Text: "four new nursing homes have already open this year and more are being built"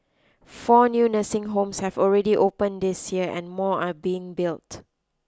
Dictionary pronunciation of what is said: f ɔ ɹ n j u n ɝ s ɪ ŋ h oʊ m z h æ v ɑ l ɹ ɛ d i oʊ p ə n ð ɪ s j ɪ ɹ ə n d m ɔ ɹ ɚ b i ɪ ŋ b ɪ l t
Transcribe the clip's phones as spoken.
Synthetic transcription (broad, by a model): f ɔ n j u n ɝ s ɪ ŋ h oʊ m s h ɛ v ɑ l ɹ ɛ d i oʊ p ə n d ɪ s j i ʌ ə n m ɔ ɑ b i ɪ ŋ b ɪ l t